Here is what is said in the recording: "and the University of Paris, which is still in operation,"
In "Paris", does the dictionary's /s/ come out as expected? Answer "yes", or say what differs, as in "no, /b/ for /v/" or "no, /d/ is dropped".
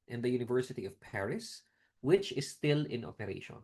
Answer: yes